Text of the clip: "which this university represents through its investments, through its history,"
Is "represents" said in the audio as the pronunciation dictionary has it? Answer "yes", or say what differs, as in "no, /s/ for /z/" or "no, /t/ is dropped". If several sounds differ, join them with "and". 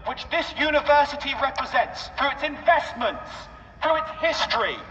yes